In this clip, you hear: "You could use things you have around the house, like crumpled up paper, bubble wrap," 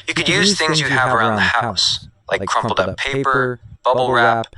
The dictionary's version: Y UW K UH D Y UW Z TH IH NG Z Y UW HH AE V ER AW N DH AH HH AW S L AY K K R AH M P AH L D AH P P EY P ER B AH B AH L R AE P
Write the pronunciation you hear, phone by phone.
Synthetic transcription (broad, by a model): Y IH K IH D Y UW Z TH IH NG Z Y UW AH V ER AW N DH AH HH AW S L AY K K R AH M P L D AH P P EY P ER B AH B L R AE P